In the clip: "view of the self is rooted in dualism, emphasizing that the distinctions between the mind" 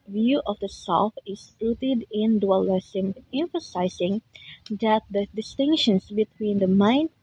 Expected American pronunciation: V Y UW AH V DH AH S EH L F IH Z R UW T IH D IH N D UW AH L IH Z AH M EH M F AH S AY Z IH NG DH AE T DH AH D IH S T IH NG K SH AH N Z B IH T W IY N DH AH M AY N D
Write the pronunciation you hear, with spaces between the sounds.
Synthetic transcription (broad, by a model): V Y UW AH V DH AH S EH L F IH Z L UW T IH D IH N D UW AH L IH S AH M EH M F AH S AY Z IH NG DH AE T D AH D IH S T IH NG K SH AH N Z B IH T W IY N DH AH M AY N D